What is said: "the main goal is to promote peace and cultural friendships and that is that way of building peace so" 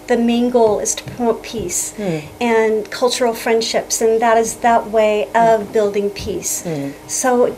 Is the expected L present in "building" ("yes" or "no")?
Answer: yes